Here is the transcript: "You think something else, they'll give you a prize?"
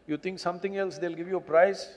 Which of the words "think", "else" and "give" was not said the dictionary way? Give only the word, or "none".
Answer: think